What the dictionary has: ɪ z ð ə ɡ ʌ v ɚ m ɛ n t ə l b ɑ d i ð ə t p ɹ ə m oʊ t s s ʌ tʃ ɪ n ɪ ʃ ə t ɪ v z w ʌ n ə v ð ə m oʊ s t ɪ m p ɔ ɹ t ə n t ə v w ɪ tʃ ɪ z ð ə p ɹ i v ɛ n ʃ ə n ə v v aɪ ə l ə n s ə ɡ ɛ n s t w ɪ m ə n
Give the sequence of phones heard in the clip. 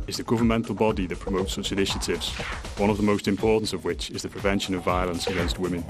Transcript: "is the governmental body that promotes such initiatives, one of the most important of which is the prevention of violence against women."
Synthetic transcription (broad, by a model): ɪ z ð ə ɡ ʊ v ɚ m ɛ n t l b ɑ d i ð ə t p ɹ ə m oʊ t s s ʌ tʃ ɪ n ɪ ʃ ə t ɪ v z w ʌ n ə v ð ə m oʊ s t ɪ m p ɔ ɹ t n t ə v w ɪ tʃ ɪ z ð ə p ɹ i v ɛ n ʃ ə n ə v v aɪ ə l ə n s ə ɡ ɛ n s t w ɪ m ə n